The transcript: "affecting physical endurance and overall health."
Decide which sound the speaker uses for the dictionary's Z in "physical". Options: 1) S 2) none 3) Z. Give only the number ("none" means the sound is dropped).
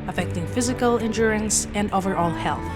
3